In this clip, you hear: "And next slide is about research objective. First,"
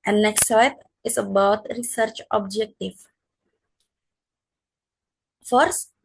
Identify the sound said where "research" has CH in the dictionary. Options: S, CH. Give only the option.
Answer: CH